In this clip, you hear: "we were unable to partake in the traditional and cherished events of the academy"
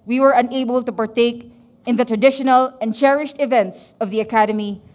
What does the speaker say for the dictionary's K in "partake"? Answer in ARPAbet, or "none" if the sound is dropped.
K